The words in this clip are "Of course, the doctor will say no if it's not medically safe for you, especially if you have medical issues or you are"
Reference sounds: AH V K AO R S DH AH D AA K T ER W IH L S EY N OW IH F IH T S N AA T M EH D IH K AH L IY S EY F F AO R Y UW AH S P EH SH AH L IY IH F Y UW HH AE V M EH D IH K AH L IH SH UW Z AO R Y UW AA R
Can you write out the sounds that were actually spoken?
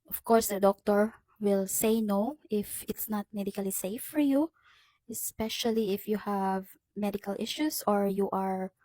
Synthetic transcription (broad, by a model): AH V K AO R S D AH D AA K T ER W IH L S EY N OW IH F IH T S N AA T M EH D IH K AH L IY S EY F F AO R Y UW AH S P EH SH AH L IY IH F Y UW HH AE V M EH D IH K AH L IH SH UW S AO R Y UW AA R